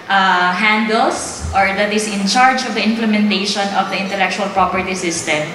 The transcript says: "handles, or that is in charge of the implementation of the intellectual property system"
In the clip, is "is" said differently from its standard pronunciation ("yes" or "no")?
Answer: yes